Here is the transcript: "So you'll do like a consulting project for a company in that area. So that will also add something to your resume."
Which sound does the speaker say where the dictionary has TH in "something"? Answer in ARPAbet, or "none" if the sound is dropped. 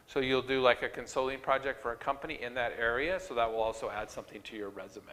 TH